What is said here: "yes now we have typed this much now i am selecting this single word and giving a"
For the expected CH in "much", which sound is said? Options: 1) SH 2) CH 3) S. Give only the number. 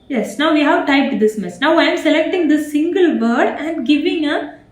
3